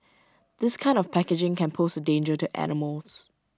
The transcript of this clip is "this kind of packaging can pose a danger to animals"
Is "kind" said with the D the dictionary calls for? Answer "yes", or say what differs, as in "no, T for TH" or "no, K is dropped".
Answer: yes